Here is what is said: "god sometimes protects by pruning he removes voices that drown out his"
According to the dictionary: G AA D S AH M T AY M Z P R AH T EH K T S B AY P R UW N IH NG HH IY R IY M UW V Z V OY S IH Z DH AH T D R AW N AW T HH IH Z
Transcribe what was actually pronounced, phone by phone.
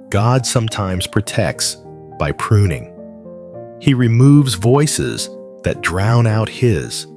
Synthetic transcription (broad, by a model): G AA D S AH M T AY M Z P R AH T EH K T S B AY P R UW N IH NG HH IY R IY M UW V Z V OY S IH Z DH AH T D R AW N AW T HH IH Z